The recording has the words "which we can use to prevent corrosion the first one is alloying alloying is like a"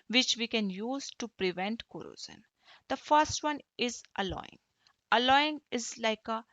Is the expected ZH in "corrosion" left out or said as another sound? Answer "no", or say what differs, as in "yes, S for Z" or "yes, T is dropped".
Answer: yes, Z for ZH